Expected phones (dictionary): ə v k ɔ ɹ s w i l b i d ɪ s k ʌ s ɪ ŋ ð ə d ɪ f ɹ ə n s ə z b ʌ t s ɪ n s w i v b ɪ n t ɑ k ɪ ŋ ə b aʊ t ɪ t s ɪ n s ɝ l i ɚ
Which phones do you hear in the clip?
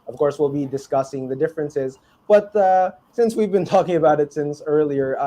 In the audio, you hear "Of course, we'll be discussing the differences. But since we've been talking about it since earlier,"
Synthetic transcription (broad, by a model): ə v k ɔ ɹ s w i l b i d ɪ s k ʌ s ɪ ŋ ð ə d ɪ f ɹ ə n s ə z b ʌ t s ɪ n s w i v b ɪ n t ɑ k ɪ ŋ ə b aʊ t ɪ t s ɪ n s ɝ l i ɚ